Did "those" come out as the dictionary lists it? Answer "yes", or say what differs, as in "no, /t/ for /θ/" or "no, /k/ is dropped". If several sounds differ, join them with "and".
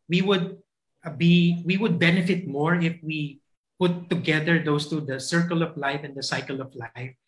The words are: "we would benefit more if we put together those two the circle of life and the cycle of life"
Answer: no, /s/ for /z/